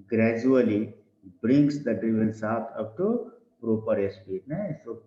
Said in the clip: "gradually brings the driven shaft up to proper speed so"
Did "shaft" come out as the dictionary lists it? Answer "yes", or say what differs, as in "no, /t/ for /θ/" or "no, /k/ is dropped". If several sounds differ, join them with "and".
no, /s/ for /ʃ/ and /f/ is dropped